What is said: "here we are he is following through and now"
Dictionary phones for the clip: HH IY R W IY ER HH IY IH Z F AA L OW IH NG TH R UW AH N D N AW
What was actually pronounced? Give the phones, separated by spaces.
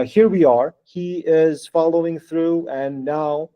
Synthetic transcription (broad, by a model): HH IY R W IY ER HH IY IH Z F AA L OW IH NG TH R UW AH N N AW